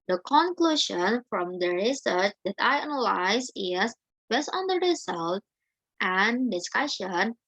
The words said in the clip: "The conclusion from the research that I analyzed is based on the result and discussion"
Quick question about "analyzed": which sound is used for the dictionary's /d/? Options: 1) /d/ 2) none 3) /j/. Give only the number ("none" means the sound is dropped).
2